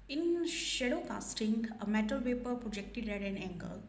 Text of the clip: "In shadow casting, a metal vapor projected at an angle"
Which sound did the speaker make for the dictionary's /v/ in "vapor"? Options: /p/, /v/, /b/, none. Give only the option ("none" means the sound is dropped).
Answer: /p/